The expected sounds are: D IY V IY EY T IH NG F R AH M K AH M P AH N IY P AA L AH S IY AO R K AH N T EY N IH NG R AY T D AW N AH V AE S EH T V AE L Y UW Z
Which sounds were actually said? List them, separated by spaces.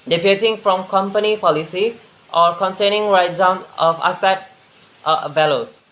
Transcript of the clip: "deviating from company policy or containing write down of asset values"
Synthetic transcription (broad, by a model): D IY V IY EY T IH NG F R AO M K AH M P AH N IY P AA L AH S IY AO R K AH N S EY N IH NG R AY T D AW N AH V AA S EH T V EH L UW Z